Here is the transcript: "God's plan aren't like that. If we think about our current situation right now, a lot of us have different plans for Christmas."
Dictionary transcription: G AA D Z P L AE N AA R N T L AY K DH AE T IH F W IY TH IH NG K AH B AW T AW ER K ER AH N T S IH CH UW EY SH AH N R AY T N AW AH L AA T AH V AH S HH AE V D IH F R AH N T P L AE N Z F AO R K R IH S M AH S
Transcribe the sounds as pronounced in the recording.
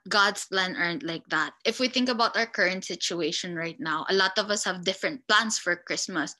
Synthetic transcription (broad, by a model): G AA D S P L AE N AA R N T L AY K DH AE T IH F W IY TH IH NG K AH B AW T AW ER K ER AH N T S IH CH UW EY SH AH N R AY T N AW AH L AA T AH V AH S HH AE V D IH F R AH N T P L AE N S F AO R K R IH S M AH S